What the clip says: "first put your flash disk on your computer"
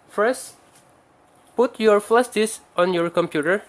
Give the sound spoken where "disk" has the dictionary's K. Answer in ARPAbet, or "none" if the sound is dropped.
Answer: none